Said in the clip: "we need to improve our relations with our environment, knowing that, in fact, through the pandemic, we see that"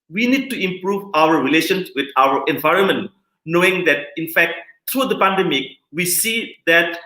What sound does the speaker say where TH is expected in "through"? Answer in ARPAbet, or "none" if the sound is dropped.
T